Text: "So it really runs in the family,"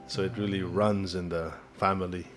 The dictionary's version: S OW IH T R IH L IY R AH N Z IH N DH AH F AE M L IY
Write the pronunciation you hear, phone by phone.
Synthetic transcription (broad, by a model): S OW IH T R IH L IY R AH N Z IH N DH AH F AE M L IY